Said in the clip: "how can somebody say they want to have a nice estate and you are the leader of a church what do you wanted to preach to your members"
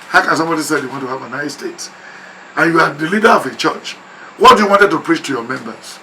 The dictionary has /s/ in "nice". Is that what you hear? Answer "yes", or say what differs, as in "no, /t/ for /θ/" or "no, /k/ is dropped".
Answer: no, /s/ is dropped